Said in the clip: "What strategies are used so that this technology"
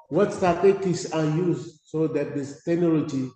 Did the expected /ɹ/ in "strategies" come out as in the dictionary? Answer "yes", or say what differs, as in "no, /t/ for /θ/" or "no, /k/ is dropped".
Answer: no, /ɹ/ is dropped